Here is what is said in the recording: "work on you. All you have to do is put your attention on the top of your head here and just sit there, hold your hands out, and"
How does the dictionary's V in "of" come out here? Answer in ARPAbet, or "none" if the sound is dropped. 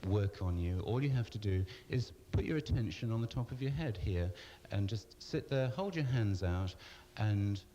V